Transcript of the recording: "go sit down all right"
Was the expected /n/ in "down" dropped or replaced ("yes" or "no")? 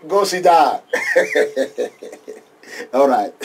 yes